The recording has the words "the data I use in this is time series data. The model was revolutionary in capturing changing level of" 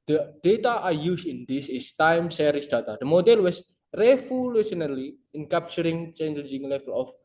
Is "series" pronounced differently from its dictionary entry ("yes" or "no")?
yes